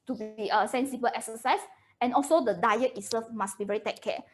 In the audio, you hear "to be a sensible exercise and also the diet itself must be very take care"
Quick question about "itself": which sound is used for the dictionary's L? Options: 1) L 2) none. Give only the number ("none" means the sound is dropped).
2